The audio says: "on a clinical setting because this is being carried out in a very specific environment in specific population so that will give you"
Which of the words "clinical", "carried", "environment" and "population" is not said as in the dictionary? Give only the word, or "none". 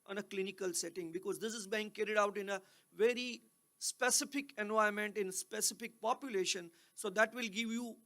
environment